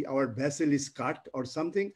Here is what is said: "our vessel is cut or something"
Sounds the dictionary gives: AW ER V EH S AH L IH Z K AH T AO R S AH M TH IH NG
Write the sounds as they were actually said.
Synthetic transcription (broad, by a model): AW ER B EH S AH L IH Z K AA T AO R S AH M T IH NG